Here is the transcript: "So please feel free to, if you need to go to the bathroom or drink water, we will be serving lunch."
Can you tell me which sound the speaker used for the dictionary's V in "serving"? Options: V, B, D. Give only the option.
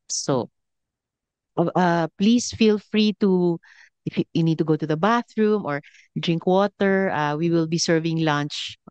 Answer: V